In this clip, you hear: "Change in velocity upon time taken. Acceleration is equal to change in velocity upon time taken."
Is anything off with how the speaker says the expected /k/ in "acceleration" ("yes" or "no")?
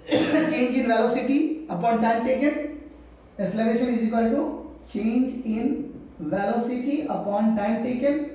yes